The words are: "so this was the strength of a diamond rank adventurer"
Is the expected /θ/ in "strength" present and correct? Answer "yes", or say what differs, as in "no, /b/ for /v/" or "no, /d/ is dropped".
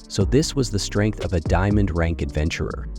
yes